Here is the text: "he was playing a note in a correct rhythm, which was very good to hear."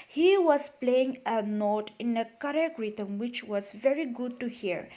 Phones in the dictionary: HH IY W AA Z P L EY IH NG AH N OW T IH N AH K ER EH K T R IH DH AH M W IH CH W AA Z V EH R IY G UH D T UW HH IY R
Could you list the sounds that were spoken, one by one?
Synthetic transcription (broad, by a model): HH IY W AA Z P L EY IH NG AH N OW T IH N AH K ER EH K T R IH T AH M W IH CH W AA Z V EH R IY G UH D T UW HH IY R